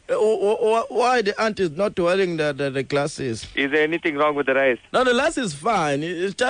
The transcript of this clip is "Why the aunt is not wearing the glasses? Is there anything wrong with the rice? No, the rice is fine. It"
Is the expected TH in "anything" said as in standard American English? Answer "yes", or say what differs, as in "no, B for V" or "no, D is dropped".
no, T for TH